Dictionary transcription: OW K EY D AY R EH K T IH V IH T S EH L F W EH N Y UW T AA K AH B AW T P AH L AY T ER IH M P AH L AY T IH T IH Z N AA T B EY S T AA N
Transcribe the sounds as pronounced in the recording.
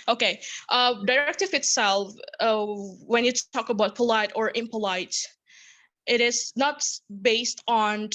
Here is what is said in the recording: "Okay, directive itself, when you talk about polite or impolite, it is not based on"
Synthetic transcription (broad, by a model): OW K EY D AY R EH K T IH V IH T S EH L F W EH N Y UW T AA K AH B AW T P AH L AY T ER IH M P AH L AY T IH T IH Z N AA T B EY S T N